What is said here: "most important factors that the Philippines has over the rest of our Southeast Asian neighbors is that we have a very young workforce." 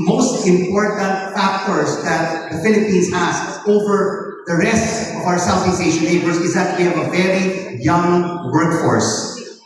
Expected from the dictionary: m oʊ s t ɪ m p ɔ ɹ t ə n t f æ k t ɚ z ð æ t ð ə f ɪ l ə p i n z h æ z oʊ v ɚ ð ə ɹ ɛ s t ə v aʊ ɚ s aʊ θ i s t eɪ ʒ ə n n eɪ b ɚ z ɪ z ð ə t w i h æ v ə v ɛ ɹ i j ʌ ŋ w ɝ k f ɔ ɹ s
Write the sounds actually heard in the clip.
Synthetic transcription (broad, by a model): m oʊ s t ɪ m p ɔ ɹ t ə n t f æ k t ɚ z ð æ t ð ə f ɪ l ə p i n z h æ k oʊ v ɚ ð ə ɹ ɛ s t ə v aʊ ɚ s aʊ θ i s eɪ ʃ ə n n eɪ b ɚ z ɪ z ð ə t w i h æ v ə v ɛ ɹ i j ʌ ŋ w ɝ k f ɔ ɹ s